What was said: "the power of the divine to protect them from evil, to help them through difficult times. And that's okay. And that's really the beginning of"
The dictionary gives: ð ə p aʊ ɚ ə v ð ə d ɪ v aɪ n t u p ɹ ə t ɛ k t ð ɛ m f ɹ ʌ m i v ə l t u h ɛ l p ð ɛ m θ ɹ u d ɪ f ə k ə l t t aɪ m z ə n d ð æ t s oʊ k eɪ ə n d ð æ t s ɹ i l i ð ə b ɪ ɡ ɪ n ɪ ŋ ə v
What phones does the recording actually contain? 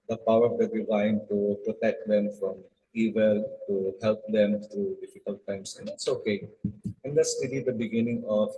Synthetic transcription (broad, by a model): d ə p aʊ ɚ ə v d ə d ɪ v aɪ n t u p ɹ ə t ɛ k t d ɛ m f ɹ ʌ m i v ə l t u h ɛ l p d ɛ m t ɹ u d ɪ f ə k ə l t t aɪ m s ə n d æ t s oʊ k eɪ ə n d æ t s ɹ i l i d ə b ɪ ɡ ɪ n ɪ ŋ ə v